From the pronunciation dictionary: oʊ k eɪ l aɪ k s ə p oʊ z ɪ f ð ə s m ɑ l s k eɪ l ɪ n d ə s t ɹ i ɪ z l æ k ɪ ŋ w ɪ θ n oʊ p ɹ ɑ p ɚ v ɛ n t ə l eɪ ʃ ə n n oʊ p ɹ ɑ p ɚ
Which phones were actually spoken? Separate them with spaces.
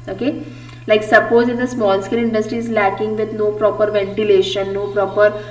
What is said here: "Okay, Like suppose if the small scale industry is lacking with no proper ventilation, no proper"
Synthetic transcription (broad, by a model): oʊ k eɪ l aɪ k s ə p oʊ z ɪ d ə s m ɑ l s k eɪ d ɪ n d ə s t i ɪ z l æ k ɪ ŋ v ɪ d n oʊ p ɹ ɑ p ɚ v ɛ n t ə l eɪ ʃ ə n n oʊ p ɹ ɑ p ɚ